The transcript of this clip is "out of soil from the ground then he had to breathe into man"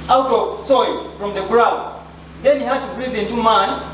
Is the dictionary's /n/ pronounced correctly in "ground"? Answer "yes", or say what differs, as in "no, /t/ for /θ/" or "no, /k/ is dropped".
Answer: no, /n/ is dropped